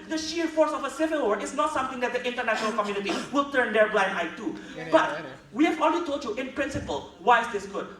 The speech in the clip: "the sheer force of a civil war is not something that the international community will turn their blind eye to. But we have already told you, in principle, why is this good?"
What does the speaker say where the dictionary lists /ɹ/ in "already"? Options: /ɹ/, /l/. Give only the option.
/l/